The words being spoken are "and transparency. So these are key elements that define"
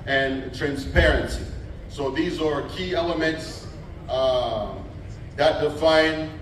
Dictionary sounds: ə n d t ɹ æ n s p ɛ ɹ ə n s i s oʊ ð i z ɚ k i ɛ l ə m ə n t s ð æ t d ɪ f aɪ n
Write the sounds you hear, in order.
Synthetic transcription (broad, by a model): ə n t ɹ æ n s p ɛ ɹ ə n s i s oʊ ð i z ɚ k i ɛ l ə m ə n t s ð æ t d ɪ f aɪ n